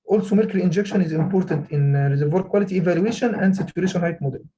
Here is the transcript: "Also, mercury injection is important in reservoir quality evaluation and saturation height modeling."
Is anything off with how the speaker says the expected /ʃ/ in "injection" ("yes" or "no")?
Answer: no